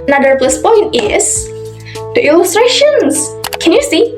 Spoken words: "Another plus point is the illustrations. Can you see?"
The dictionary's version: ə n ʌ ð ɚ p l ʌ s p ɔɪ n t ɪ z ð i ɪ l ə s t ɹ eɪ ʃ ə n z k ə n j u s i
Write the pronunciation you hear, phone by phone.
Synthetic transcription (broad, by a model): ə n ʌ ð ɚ b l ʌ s p ɔɪ n t ɪ z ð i ɪ l ə s t ɹ eɪ ʃ ə n z k ə n j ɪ s i